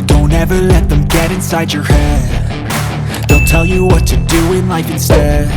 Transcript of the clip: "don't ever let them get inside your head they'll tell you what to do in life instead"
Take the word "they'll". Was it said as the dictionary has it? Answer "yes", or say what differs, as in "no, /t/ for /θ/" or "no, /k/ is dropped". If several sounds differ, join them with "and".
no, /n/ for /l/